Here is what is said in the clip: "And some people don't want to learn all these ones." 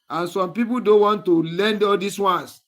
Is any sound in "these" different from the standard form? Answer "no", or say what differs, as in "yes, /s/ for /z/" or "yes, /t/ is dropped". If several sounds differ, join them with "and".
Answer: yes, /s/ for /z/